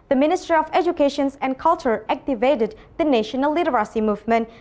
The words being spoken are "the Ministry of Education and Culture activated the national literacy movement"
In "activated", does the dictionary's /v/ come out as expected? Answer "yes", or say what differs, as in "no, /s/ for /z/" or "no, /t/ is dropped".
yes